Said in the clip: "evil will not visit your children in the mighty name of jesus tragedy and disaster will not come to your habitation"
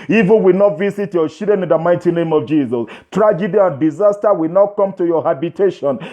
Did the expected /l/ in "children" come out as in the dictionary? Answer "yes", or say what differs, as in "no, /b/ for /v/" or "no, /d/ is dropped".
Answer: no, /l/ is dropped